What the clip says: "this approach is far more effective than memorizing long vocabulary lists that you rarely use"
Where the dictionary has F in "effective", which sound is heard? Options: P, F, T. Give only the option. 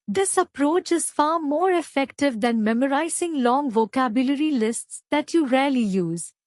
F